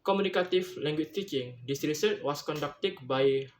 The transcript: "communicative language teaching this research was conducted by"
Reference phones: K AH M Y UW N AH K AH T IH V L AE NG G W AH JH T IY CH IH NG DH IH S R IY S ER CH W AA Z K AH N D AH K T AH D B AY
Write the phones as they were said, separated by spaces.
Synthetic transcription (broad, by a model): K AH M UW N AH K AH T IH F L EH NG G W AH CH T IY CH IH NG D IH S R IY S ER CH W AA S K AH N D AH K T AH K B AY